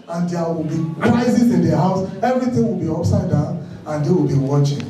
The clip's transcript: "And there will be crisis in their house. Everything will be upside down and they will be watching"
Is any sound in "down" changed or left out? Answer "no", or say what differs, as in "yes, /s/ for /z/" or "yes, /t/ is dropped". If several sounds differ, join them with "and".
yes, /n/ is dropped